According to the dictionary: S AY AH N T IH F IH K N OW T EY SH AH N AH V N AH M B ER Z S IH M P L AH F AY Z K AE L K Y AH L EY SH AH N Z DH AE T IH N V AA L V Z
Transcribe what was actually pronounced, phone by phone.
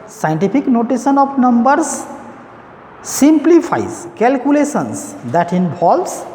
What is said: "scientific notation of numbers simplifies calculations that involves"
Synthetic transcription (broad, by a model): S AY N T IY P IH K N OW T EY S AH N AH P N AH M B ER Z S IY M P L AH P AY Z K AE L K Y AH L EY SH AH N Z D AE T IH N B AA L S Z